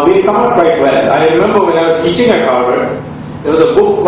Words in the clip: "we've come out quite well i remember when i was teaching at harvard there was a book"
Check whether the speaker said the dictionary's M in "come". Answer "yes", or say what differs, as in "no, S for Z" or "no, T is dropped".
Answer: no, M is dropped